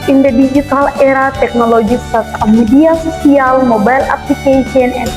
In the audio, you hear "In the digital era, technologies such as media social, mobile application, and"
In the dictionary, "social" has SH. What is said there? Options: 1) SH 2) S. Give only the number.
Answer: 2